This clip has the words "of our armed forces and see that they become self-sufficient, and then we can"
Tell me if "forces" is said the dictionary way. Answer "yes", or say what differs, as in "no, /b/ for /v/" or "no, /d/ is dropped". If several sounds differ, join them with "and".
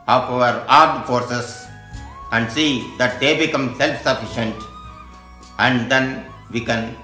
no, /s/ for /z/